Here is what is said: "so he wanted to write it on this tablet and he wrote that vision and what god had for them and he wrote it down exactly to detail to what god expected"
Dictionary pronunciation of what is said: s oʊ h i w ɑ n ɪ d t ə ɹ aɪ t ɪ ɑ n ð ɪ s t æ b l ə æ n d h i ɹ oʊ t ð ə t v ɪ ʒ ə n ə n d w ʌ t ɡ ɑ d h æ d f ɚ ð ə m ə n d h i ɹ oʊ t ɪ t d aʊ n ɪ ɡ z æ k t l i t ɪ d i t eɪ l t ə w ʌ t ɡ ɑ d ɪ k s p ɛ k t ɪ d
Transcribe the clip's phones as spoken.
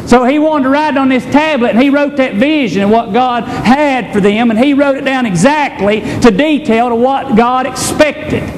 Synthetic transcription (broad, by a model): s oʊ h i w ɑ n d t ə ɹ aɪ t n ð ɪ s t æ b l ə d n i ɹ oʊ t ð ə t v ɪ ʒ ə n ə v w ʌ t ɡ ɑ d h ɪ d f ɚ ð ə m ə n i ɹ oʊ t ɪ t d aʊ n ɪ ɡ z æ k t l i t ɪ d i t eɪ l t ə w ʌ t ɡ ɑ d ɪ k s p ɛ k t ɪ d